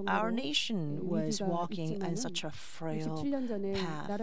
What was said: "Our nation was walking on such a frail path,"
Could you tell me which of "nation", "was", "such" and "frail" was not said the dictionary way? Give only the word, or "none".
none